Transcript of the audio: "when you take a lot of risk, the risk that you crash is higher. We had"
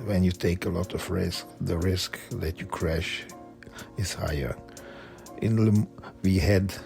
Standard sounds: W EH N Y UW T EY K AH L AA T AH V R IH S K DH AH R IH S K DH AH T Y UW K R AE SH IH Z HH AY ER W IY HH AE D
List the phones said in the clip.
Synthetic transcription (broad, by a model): W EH N Y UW T EY K AH L AA T AH V R IH S K DH AH R IH S K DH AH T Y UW K R AE SH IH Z HH AY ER W IY HH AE D